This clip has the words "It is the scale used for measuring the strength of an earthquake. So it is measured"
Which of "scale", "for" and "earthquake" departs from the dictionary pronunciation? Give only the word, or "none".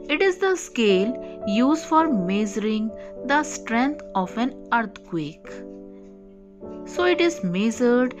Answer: earthquake